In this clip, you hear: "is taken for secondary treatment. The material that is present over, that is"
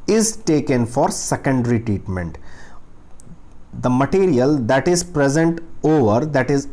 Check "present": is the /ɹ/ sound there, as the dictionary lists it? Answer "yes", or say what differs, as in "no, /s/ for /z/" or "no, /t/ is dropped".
yes